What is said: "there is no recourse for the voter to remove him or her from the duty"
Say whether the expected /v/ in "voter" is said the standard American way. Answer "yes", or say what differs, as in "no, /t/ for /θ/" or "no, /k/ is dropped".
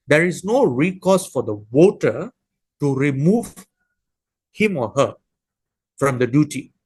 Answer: no, /w/ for /v/